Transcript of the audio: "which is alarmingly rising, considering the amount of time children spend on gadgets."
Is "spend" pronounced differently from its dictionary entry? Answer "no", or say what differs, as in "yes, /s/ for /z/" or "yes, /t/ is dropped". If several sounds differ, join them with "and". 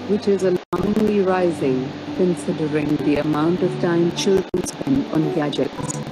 yes, /d/ is dropped